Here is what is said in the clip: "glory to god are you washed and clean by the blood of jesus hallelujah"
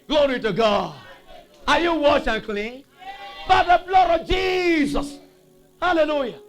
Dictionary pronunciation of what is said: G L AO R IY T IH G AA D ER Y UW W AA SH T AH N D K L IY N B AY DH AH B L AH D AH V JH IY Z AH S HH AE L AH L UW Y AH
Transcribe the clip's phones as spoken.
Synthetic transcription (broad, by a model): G L AO R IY T IH G AA D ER Y UW W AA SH AH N K L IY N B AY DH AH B L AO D AH V JH IY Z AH S HH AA L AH L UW Y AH